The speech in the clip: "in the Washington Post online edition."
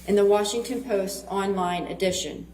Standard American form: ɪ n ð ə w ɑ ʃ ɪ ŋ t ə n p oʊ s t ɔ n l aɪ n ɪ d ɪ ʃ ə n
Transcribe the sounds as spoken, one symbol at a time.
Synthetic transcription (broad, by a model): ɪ n ð ə w ɑ ʃ ɪ ŋ t ə n p oʊ s t ɔ n l aɪ n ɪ d ɪ ʃ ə n